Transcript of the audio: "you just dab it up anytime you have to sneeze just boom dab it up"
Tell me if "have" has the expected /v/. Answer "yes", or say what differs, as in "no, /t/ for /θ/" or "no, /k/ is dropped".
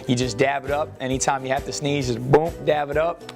no, /f/ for /v/